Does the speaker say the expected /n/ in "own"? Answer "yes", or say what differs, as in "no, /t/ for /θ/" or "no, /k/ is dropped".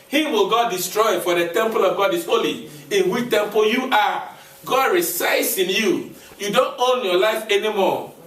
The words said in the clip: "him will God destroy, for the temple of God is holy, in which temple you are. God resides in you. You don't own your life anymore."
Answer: yes